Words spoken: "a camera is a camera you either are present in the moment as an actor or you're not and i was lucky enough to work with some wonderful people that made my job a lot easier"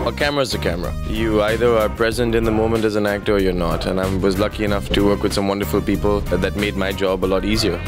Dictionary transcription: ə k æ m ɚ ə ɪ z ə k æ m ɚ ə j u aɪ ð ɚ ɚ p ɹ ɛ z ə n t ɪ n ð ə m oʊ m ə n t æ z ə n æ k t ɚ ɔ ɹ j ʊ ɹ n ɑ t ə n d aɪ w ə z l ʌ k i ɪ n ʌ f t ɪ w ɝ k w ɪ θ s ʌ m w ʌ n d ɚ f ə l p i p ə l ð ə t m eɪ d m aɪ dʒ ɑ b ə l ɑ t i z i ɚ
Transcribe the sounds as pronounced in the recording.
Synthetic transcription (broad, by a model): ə k æ m ɚ ə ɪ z ə k æ m ɚ ə j u aɪ ð ɚ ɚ p ɹ ɛ z ə n t ɪ n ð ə m oʊ m ə n t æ z ə n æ k t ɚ ɔ ɹ j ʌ ɹ n ɑ t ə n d aɪ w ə z l ʌ k i ɪ n ʌ f t ɪ w ɝ k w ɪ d s ʌ m w ʌ n d ɚ f ə l p i p ə l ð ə t m eɪ d m aɪ dʒ ɑ b ə l ɑ t i z i ɚ